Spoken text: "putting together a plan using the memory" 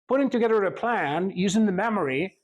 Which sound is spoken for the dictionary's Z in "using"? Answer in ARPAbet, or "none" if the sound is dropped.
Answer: Z